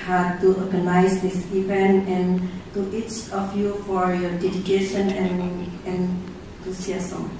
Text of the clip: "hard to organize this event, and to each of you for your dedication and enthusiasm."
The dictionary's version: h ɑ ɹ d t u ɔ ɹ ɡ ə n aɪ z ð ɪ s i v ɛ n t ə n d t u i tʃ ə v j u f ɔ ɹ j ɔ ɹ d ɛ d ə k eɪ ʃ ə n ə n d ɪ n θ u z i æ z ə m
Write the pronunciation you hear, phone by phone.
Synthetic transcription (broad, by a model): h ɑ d t u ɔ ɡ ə n aɪ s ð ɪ s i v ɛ n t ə n t u i tʃ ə f j u f ɔ ɹ j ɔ d ɛ d ə k eɪ ʃ ə n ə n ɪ n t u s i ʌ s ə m